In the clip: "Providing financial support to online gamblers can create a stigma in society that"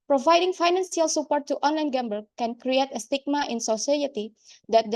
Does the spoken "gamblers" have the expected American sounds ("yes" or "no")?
no